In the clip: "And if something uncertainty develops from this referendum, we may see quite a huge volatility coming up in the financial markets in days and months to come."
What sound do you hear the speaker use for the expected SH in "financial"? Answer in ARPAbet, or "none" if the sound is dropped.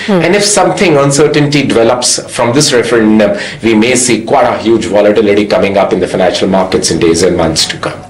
SH